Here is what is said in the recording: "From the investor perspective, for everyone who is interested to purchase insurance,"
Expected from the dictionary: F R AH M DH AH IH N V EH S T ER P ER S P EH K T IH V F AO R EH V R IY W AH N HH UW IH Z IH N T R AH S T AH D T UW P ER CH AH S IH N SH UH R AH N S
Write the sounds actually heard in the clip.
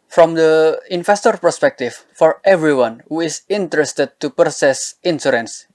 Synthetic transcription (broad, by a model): F R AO M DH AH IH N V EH S T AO P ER S P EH K T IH F AO R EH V R IY W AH N HH UW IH S IH N T R AH S T AH D T UW P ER S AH S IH N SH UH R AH N S